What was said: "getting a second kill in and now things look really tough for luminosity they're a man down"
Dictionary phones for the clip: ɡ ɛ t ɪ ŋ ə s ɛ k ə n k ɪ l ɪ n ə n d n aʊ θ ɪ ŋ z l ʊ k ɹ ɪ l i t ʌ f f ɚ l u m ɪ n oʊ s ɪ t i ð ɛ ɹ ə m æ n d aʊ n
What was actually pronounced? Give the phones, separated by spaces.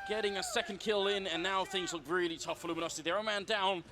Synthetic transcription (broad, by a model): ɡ ɛ t ɪ ŋ ə s ɛ k ə n k ɪ l ɪ n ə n n aʊ θ ɪ ŋ z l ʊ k ɹ ɪ l i t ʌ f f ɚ l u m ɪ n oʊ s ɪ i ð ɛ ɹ ə m æ n d aʊ n